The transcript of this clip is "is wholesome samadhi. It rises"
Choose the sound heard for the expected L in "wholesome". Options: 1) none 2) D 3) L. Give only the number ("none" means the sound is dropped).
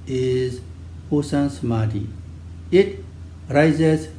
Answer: 1